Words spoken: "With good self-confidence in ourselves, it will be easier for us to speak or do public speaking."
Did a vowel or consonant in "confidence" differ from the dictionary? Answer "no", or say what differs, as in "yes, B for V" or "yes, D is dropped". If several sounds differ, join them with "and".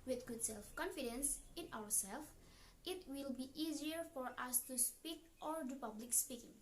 no